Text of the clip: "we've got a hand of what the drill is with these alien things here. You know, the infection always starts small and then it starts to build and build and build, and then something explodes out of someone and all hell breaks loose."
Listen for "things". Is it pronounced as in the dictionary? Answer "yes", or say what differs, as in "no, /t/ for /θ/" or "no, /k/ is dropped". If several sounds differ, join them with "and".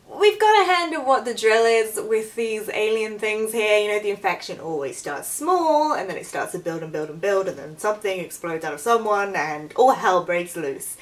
yes